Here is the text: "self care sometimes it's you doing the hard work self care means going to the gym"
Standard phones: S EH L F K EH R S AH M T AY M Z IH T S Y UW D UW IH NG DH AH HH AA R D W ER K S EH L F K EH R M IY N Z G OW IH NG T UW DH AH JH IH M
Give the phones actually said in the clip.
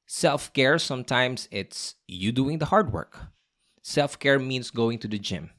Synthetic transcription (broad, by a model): S EH L F K EH R S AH M T AY M S IH T S Y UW D UW IH NG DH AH HH AA R D W ER K S EH L F K EH R M IY N S G OW IH NG T UW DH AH JH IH M